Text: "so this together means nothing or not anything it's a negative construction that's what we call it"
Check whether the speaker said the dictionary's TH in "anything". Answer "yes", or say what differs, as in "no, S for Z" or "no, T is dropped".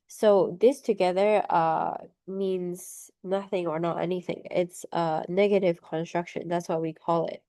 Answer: yes